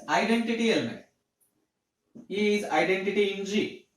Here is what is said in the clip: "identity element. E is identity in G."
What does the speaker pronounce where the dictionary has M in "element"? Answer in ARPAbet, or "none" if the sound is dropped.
none